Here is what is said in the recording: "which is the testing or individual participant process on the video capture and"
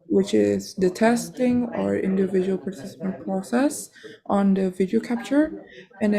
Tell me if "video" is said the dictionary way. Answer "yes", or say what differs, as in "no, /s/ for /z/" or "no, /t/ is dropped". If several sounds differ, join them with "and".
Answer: yes